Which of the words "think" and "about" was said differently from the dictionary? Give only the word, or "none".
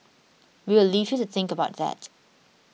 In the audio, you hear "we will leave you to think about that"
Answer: none